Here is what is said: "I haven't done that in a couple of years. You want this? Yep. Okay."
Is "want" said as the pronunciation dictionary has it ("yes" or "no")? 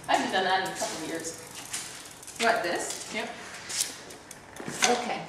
no